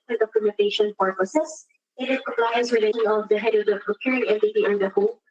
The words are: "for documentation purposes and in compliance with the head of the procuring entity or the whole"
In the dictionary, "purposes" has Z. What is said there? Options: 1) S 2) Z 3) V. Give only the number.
1